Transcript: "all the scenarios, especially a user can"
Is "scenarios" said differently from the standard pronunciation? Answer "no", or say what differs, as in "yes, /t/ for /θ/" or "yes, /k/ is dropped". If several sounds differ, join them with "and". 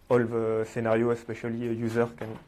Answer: yes, /z/ is dropped